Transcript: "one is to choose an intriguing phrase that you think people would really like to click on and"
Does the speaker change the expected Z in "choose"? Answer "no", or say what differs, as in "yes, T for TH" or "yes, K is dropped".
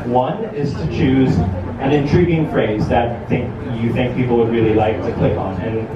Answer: no